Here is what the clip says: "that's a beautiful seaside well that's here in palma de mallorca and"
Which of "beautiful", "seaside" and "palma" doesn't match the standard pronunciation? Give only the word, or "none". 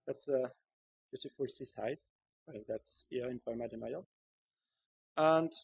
palma